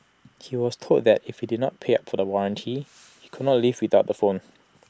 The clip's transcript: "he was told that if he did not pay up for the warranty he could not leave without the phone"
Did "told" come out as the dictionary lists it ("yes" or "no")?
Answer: no